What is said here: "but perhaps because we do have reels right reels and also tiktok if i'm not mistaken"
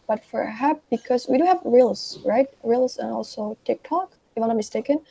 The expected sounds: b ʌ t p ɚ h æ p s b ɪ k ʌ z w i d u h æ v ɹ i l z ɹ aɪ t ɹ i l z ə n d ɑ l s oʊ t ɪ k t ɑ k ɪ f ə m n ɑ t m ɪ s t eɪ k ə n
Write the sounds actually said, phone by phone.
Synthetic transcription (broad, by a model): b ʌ t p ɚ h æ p b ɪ k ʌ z w i d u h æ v ɹ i l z ɹ aɪ t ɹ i l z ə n ɑ l s oʊ t ɪ k t ɑ k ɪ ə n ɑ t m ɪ s t eɪ k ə n